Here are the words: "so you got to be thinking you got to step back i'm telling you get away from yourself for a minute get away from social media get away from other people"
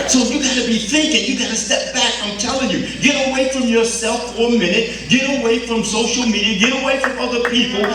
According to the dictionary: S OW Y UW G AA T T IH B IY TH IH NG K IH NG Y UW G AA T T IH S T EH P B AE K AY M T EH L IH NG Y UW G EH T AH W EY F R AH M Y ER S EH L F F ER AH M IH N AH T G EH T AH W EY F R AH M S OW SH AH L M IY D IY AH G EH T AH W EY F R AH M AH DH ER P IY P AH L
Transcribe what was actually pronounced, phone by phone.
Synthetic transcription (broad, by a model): S OW Y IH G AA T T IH B IY TH IH NG K IH NG Y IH G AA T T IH S T EH P B AE K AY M T EH L IH NG Y UW G EH T AH W EY F R AH M Y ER S EH L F F ER AH M IH N AH T G EH T AH W EY F R AH M S OW SH L M IY D IY AH G EH T AH W EY F R AH M AH DH ER P IY P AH L